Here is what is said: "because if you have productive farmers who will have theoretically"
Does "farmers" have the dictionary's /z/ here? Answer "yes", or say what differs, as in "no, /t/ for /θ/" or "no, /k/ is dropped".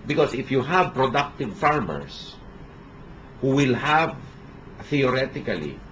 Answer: no, /s/ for /z/